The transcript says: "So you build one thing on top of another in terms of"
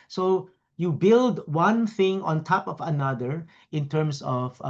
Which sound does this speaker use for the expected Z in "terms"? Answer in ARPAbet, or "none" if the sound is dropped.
S